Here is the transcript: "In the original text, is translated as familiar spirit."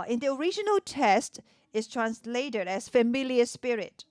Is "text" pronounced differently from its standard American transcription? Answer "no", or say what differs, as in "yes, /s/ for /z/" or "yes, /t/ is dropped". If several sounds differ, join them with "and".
yes, /k/ is dropped